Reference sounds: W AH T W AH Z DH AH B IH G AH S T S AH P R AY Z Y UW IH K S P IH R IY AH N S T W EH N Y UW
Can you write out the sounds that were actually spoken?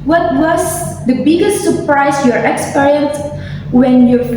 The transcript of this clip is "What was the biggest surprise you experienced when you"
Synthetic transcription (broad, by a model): W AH T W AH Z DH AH B IH G AH S T S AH P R AY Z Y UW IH K S P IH R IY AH N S W EH N Y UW